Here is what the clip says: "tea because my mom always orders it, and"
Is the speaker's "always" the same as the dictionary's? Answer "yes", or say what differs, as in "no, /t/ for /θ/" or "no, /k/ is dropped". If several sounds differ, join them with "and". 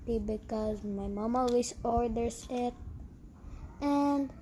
no, /l/ is dropped and /s/ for /z/